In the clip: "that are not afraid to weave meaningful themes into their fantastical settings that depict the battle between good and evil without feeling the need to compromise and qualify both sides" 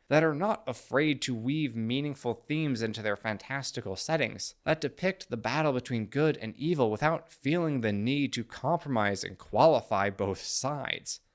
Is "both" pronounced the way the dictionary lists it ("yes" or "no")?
yes